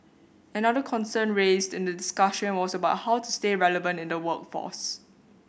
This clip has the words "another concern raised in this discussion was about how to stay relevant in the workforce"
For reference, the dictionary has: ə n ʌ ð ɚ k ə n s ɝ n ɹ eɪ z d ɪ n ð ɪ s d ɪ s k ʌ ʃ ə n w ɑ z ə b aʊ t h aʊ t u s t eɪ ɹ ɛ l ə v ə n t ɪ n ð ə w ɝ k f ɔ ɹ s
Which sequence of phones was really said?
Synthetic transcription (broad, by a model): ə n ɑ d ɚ k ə n s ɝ n ɹ eɪ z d ɪ n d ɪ d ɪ s k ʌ ʃ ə n w ɑ s ə b aʊ t h aʊ t u s t eɪ ɹ ɛ l ə v ə n t ɪ n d ə w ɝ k f ɔ s